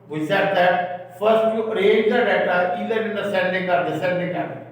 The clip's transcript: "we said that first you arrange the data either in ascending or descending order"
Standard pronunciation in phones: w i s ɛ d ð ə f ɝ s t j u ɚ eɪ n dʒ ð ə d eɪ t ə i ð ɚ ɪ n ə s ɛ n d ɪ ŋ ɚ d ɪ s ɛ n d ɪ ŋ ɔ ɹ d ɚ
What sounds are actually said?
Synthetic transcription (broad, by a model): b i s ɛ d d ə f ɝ s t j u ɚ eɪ dʒ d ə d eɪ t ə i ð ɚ ɪ n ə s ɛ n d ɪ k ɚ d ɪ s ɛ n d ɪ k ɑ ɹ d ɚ